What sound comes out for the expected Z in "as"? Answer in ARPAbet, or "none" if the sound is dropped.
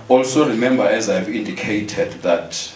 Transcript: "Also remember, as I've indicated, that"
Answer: Z